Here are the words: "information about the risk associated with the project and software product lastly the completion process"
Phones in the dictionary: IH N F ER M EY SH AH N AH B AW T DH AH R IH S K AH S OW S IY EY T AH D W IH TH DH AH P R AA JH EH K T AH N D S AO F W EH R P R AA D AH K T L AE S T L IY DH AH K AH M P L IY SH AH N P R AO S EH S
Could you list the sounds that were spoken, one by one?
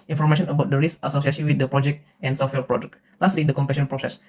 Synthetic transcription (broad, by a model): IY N F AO M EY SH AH N AH B AW T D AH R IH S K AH S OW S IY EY S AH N W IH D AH P R AA JH EH K T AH N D S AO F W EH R P R AA D AH K T L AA S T L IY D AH K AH M P EH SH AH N P R AO S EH S